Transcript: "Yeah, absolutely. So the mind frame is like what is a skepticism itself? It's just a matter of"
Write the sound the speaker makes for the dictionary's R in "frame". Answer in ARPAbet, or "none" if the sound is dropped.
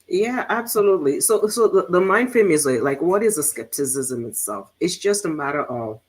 none